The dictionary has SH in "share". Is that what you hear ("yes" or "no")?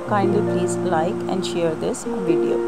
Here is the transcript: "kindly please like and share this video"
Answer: yes